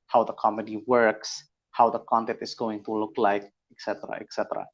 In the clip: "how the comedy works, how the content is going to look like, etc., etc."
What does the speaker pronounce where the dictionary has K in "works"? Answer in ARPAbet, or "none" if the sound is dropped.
K